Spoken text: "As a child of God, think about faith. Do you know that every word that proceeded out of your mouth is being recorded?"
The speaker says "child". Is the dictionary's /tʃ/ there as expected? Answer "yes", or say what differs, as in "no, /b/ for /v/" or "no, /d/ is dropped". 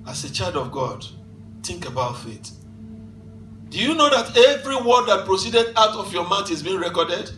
yes